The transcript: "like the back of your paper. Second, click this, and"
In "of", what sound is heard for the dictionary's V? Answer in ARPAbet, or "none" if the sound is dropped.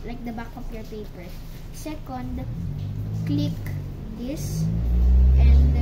P